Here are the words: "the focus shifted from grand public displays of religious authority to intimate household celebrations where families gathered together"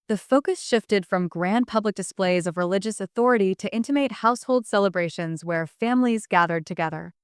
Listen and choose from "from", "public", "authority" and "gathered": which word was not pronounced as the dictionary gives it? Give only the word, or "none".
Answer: none